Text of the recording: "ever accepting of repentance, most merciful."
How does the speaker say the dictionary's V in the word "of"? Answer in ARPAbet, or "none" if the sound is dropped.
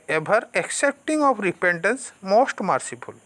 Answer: P